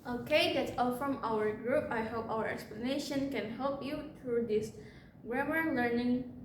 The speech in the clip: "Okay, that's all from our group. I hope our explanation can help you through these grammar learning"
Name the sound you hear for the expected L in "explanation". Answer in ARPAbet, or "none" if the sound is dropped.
L